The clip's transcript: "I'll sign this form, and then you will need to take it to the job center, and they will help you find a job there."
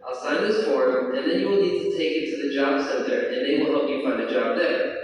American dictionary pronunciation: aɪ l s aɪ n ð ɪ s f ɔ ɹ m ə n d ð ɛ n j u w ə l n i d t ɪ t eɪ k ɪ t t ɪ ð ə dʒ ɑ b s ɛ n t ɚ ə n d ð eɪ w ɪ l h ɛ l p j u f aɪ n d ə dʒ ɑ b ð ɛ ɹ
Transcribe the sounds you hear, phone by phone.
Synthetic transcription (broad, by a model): aɪ l s aɪ n ð ɪ s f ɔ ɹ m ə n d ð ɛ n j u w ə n i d t ɪ t eɪ k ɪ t t ɪ ð ə dʒ ɑ b s ɛ n t ɚ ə n ð eɪ w ɪ l h ɛ l p j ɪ f aɪ n d ə dʒ ɑ b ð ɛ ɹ